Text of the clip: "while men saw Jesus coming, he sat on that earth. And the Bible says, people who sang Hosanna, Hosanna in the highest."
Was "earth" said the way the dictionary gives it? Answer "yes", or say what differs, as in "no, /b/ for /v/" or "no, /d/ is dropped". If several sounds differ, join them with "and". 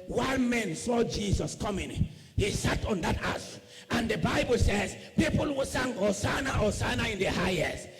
no, /s/ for /θ/